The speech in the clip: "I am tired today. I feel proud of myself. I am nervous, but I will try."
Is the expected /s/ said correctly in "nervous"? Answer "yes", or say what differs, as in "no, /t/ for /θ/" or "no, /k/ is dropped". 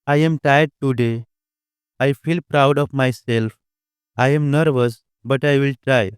yes